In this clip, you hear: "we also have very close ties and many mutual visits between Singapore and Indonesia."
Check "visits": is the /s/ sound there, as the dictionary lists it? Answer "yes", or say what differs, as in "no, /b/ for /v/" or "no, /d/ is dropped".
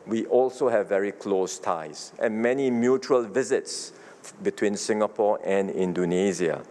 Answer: yes